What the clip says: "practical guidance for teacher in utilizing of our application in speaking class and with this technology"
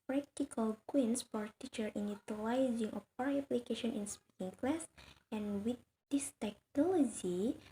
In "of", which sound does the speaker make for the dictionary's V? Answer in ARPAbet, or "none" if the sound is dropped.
P